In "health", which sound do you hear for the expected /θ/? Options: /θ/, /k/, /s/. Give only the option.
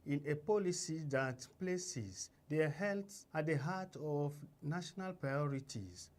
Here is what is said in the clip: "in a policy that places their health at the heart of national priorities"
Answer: /s/